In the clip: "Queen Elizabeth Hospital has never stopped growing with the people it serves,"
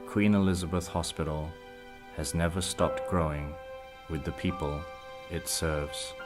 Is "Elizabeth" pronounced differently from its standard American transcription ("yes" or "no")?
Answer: no